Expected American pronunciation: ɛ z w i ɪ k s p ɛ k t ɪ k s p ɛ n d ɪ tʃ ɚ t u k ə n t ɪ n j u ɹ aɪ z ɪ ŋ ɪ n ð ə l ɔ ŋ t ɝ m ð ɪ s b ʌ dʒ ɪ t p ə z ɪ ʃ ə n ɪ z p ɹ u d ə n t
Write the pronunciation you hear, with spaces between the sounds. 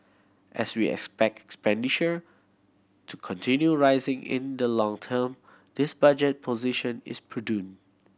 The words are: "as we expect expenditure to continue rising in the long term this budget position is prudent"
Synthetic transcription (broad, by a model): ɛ s w i ɪ k s p ɛ k t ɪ k s p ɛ n d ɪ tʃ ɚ t u k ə n t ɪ n j u ɹ aɪ z ɪ ŋ ɪ n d ə l ɔ ŋ t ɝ m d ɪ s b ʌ dʒ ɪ t p ə z ɪ ʃ ə n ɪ s p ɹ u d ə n